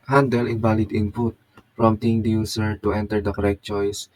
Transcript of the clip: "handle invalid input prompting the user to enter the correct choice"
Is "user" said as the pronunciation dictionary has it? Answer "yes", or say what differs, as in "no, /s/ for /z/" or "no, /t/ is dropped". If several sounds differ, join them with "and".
no, /s/ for /z/